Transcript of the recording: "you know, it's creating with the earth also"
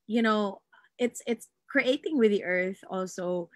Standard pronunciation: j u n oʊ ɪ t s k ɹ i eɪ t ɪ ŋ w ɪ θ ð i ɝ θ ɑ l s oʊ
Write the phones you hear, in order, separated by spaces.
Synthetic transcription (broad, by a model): j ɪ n oʊ ɪ t s k ɹ i eɪ t ɪ ŋ w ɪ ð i ɝ θ ɑ l s oʊ